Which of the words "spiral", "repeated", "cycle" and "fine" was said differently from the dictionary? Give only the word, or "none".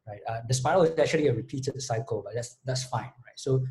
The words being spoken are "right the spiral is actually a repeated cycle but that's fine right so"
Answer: spiral